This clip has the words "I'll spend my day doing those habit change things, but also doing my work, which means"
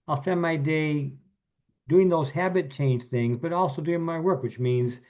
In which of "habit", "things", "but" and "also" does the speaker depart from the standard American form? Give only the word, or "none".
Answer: none